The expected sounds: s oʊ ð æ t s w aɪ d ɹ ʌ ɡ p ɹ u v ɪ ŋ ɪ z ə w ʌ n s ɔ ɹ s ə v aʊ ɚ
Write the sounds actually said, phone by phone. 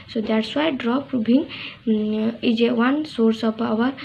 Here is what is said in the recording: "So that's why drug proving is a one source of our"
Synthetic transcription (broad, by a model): s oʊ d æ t s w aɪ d ɹ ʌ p ɹ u b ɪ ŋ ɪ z ə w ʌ n s ɔ ɹ s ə p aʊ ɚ